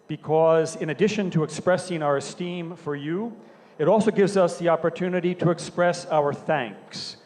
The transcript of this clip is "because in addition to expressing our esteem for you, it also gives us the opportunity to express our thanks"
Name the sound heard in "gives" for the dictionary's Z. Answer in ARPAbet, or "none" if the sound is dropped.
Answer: Z